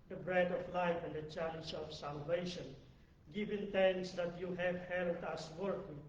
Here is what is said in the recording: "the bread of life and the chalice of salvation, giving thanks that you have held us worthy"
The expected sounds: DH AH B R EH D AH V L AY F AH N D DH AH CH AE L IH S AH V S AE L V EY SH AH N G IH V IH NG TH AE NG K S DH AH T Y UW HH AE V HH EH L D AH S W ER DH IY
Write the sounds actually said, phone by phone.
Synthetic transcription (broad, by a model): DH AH B R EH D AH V L AY F AH N D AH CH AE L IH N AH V S AE L V EY SH AH N G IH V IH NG T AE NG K S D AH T Y UW HH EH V HH EH L D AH S W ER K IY